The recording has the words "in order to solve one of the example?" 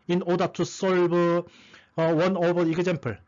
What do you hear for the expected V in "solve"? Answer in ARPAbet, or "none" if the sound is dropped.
B